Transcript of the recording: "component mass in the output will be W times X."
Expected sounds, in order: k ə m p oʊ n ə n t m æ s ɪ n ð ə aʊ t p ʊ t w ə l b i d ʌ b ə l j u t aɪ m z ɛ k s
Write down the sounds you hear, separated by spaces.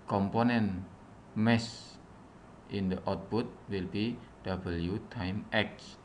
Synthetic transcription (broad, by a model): k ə m p oʊ n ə n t m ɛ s ɪ n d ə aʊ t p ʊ t w ə l b i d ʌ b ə l j u t aɪ m ɛ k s